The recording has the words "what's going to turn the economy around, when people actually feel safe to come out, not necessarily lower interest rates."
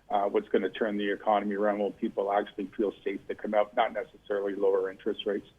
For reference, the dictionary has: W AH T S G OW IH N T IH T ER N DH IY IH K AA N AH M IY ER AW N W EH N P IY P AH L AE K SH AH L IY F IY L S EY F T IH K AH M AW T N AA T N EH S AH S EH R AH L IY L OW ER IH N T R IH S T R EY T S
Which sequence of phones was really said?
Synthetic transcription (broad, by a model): W AH T S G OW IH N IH T ER N DH IY IH K AA N AH M IY ER AW N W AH L P IY P L AE K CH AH L IY F IY L S EY F T IH K AH M AW T N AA T N EH S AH S EH R L IY L OW ER IH N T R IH S T R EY T S